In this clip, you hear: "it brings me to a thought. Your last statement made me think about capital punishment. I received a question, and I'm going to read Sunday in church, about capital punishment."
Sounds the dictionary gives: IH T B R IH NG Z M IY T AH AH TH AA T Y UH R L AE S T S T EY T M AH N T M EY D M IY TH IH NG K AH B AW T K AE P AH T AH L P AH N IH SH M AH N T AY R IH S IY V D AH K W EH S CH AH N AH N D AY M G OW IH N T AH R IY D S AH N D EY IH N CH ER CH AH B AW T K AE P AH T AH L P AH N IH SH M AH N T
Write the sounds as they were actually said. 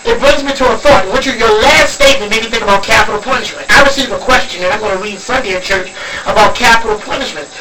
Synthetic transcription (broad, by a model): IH T B R IH NG Z M IY T AH AH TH AA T Y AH R L AE S T S T EY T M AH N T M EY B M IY TH IH NG K AH B AW T K AE P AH T L P AH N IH SH M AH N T AY R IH S IY V AH K W EH S CH AH N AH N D AY M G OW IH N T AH R IY D S AH N D EY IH CH ER CH AH B AW T K AE P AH T L P AH N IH SH M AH N T